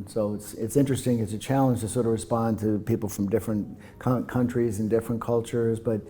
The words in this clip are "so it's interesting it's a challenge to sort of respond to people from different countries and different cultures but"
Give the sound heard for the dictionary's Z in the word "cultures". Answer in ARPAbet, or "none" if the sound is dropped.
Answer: Z